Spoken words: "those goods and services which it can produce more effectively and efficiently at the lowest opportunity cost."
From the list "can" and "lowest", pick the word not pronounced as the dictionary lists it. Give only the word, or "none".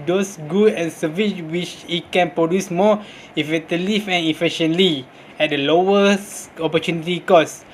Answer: lowest